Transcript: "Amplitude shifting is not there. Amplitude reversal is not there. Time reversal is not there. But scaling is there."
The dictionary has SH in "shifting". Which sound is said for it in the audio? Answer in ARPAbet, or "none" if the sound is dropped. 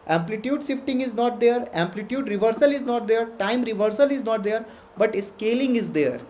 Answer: S